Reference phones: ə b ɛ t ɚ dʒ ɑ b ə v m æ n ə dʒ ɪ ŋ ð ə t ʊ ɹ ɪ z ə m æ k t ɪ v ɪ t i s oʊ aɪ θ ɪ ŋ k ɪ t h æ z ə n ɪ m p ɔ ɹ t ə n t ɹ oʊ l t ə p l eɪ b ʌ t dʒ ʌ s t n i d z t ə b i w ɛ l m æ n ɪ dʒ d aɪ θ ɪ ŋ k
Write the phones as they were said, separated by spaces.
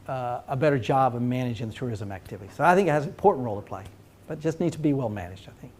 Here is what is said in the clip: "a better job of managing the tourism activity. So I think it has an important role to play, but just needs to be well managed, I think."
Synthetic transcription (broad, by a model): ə b ɛ t ɚ dʒ ɑ b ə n m æ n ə dʒ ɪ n ð ə t ʊ ɹ ɪ z ə m æ k t ɪ v ɪ t i s oʊ aɪ θ ɪ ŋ k ɪ t h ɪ z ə n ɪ m p ɔ ɹ t n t ɹ oʊ l t ə p l eɪ b ʌ t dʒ ʌ s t n i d t ə b i w ɛ l m æ n ɪ dʒ d aɪ θ ɪ ŋ k